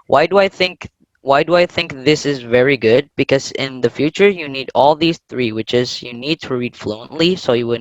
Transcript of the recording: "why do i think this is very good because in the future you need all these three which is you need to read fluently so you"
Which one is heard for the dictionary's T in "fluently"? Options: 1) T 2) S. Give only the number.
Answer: 1